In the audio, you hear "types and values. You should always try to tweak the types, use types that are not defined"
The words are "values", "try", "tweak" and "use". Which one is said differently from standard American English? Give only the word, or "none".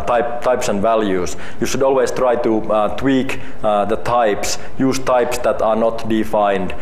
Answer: values